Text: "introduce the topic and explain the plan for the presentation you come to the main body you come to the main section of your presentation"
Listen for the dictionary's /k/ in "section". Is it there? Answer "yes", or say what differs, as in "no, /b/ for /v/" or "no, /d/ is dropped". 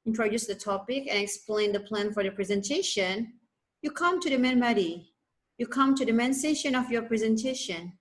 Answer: no, /k/ is dropped